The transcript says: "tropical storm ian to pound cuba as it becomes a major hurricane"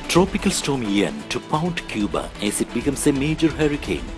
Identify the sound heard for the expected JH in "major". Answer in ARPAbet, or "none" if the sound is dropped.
JH